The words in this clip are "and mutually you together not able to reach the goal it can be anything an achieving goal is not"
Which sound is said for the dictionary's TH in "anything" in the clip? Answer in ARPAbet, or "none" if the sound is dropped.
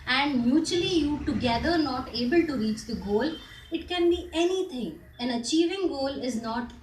T